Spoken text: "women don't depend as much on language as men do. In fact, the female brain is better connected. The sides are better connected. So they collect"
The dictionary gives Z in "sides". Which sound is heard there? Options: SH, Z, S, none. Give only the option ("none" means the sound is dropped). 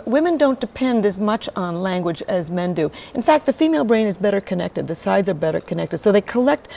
Z